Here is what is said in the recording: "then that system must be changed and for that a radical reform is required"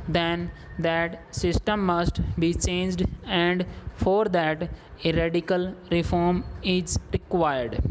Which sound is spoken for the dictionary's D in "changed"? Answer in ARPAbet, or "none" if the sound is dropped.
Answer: D